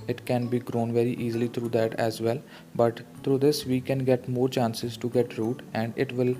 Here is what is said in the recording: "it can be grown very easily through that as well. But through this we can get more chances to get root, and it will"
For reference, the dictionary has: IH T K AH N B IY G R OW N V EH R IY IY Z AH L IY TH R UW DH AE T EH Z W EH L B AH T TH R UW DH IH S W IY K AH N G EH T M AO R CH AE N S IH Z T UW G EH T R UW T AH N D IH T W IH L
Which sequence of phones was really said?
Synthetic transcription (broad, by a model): IH T K AH N B IY G R OW N V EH R IY IY Z AH L IY T R UW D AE T EH Z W EH L B AH T T R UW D IH S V IY K AH N G EH T M AO R CH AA N S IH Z T UW G EH T R UW T AH N D IH T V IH L